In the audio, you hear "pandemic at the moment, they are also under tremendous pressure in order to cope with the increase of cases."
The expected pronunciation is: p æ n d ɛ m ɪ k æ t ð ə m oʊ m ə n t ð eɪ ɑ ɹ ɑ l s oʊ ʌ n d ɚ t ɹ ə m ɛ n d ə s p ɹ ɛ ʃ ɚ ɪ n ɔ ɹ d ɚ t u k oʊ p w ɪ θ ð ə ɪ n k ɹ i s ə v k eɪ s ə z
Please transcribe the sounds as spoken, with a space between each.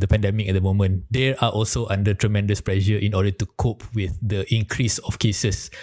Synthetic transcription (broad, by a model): p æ n d ɛ m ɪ k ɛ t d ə m oʊ m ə n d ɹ ɑ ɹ ɑ l s oʊ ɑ n d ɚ t ɹ ə m ɛ n d ə s p l ɛ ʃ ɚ ɪ n ɔ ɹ d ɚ t u k oʊ p w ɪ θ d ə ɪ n k ɹ i s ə f k eɪ s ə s